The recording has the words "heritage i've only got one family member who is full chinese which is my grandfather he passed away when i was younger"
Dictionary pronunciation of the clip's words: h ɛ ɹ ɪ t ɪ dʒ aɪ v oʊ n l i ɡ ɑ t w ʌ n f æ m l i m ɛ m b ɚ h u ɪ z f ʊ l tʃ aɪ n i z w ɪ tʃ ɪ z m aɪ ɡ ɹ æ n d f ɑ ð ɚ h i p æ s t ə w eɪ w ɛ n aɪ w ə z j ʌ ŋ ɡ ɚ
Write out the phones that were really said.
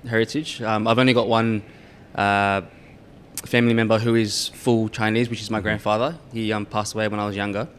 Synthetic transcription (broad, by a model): h ɛ ɹ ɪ t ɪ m aɪ v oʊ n l i ɡ ɑ t w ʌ n f æ m l i m ɛ m b ɚ h u ɪ z f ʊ l tʃ aɪ n i z w ɪ tʃ ɪ z m aɪ ɡ ɹ æ n d f ɑ ð ɚ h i p æ s t ə w eɪ w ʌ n aɪ w ə z j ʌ ŋ ɡ ɚ